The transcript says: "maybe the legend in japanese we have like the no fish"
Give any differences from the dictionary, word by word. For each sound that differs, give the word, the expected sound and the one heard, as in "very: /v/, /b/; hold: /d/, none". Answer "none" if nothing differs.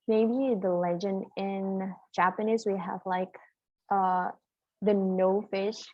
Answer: none